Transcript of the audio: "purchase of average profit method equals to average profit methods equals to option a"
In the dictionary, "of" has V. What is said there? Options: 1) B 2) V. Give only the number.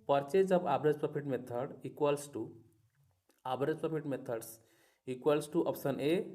1